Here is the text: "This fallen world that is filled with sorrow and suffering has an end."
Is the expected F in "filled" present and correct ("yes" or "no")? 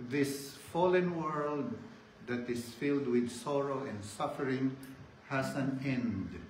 yes